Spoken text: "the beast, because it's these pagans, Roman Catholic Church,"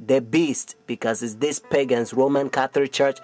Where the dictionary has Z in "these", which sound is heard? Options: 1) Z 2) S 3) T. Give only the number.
2